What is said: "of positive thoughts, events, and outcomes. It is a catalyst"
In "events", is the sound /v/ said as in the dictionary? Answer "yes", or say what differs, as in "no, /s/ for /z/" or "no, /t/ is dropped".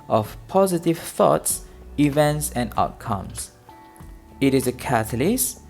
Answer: yes